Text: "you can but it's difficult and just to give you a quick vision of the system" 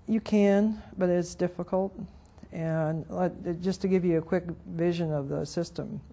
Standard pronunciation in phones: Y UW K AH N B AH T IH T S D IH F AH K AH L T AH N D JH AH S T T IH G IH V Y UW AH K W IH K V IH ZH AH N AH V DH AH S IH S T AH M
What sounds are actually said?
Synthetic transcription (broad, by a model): Y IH K AH N B AH T IH T S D IH F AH K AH L T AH N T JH AH S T T IH G IH V Y AH K W IH K V IH ZH AH N AH V DH AH S IH S T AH M